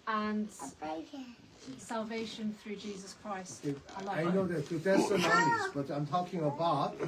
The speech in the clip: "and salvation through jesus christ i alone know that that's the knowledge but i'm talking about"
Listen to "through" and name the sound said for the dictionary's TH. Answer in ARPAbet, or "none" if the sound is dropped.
TH